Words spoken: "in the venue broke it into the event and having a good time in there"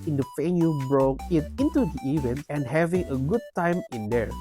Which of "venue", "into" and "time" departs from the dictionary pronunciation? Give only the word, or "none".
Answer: venue